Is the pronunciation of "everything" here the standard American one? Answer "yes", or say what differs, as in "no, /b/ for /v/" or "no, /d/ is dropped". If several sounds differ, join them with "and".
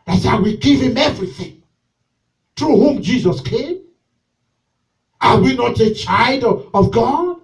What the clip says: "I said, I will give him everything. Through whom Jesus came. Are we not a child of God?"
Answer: yes